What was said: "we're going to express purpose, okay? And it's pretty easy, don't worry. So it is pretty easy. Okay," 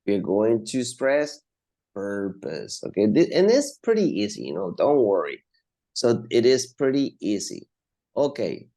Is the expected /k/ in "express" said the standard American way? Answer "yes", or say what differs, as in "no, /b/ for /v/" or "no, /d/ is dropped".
no, /k/ is dropped